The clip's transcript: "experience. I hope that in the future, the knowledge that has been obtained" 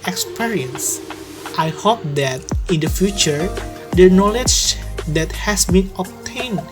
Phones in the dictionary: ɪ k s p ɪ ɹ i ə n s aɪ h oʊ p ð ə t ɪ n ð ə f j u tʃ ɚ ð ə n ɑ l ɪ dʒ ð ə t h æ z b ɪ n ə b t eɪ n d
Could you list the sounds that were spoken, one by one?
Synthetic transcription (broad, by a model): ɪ k s p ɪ ɹ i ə n s aɪ h oʊ p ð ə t ɪ n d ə f j u tʃ ɚ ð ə n ɑ l ɪ dʒ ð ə t h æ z b ɪ n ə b t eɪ n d